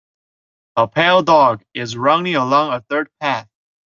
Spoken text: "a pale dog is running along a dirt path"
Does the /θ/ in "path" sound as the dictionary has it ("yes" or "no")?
yes